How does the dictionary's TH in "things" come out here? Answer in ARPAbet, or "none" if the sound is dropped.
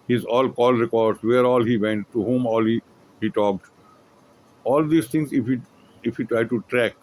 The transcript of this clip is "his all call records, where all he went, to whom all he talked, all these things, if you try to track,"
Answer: T